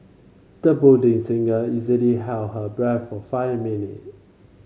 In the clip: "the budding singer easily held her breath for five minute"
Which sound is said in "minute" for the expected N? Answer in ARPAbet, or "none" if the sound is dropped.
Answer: N